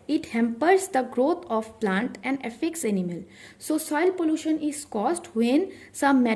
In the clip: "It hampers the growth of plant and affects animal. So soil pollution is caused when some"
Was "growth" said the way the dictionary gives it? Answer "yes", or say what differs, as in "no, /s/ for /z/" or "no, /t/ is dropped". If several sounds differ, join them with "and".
no, /t/ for /θ/